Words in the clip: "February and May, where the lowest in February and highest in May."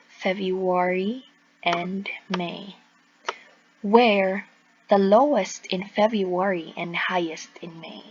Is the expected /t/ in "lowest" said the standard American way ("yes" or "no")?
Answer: yes